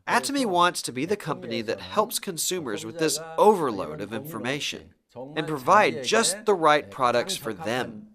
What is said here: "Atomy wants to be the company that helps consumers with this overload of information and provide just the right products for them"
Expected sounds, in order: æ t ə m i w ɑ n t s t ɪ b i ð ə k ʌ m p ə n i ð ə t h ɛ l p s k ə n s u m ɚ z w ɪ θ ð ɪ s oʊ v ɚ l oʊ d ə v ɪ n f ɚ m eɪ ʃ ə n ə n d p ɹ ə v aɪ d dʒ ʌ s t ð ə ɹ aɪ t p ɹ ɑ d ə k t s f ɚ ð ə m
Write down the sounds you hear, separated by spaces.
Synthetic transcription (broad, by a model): æ t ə m i w ɑ n t s t ɪ b i ð ə k ʌ m p ə n i ð ə t h ɛ l p s k ə n s u m ɚ z w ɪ ð ɪ s oʊ v ɚ l oʊ d ə v ɪ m f ɚ m eɪ ʃ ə n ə n p ɹ ə v aɪ d dʒ ʌ s t ð ə ɹ aɪ t p ɹ ɑ d ə k t s f ɚ ð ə m